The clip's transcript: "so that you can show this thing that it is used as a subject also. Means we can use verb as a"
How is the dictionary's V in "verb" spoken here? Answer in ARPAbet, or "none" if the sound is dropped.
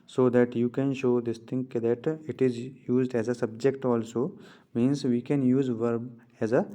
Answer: V